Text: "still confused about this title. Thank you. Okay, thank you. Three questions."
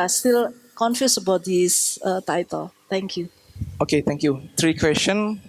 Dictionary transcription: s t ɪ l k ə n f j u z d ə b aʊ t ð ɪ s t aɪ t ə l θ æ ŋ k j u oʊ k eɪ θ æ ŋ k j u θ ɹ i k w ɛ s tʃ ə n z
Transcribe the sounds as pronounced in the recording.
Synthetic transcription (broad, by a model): s t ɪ l k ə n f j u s ə b aʊ t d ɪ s t aɪ t ə l t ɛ ŋ k j u oʊ k eɪ t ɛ ŋ k j u t ɹ i k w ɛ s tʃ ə n